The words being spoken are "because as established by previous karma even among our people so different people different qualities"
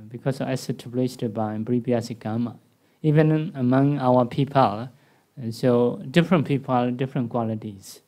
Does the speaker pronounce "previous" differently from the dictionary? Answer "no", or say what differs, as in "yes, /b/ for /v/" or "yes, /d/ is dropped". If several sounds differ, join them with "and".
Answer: yes, /b/ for /p/ and /b/ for /v/